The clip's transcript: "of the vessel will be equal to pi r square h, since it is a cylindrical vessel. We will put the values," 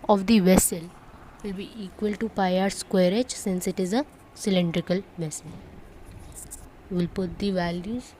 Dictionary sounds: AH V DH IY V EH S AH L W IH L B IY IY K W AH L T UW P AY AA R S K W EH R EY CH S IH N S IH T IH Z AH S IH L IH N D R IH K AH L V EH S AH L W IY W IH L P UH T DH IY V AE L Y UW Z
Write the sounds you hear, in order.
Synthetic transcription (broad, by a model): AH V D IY V EH S AH L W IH L B IY IY K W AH L T UW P AY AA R S K W EH R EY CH S IH N S IH T IH Z AH S IH L IH N D R IH K AH L V EH S AH L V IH L P UH T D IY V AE L Y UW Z